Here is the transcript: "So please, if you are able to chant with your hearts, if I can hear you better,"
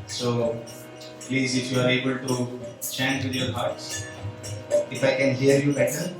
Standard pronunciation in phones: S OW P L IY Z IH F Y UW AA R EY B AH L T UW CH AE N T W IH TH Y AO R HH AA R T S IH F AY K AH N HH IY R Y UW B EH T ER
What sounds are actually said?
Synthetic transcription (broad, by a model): S OW P L IY Z IH F Y UW AA R EY B AH L T UW CH AE N T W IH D Y AO R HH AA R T S IH F AY K AH N HH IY R Y UW B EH T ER